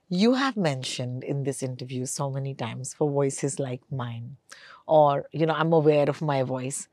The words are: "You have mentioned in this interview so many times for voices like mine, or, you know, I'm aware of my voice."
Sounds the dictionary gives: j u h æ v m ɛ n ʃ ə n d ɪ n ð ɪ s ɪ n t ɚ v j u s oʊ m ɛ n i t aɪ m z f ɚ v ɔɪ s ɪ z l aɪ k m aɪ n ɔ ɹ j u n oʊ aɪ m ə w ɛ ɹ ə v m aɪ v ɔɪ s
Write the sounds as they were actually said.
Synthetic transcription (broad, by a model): j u h æ v m ɛ n ʃ ə n d ɪ n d ɪ s ɪ n t ɚ v j u s oʊ m ɛ n i t aɪ m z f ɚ v ɔɪ s ɪ z l aɪ k m aɪ n ɔ ɹ j u n oʊ aɪ m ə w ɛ ɹ ə v m aɪ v ɔɪ s